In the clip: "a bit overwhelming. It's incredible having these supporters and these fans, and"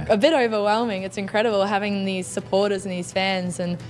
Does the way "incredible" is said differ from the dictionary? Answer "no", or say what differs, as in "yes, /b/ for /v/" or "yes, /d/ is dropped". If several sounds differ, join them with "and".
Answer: no